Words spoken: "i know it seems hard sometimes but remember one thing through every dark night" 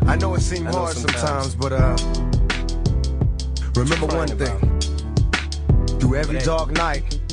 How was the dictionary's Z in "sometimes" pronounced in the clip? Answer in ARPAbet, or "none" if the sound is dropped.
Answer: Z